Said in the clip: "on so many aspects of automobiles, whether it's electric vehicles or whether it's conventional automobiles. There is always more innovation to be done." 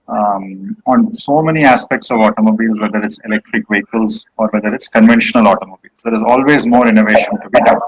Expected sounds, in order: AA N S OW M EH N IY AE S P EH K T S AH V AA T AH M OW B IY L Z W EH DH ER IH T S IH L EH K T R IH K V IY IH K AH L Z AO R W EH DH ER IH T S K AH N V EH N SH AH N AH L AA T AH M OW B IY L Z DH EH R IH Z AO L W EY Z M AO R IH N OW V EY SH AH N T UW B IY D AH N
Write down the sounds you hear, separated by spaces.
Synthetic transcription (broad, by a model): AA N S OW M EH N IY AE S P EH K T S AH V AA T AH M OW B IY L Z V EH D ER IH T S IH L EH K T R IH K V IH K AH L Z AO R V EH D ER IH T S K AH N V EH N SH AH N AH L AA T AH M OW B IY L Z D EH R IH Z AO L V EY Z M AO R IH N OW V EY SH AH N T UW B IY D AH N